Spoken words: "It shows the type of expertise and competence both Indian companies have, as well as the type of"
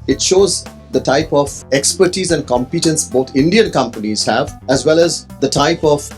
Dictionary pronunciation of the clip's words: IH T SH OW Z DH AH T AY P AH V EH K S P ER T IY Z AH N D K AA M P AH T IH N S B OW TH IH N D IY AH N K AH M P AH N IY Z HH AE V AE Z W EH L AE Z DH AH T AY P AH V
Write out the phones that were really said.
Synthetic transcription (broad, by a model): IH T SH OW Z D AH T AY P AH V EH K S P ER T IY Z AH N D K AA M P AH T IH N S B OW T IH N D IY AH N K AH M P AH N IY Z HH AE V AE Z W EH L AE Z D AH T AY P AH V